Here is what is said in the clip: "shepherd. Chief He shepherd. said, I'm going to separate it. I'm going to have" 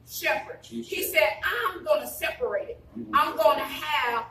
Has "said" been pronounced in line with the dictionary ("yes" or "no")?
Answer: yes